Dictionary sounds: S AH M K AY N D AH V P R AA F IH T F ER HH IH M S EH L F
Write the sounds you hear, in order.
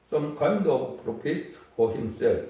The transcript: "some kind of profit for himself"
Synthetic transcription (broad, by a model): S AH M K AY N D AH V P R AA P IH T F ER HH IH M S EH L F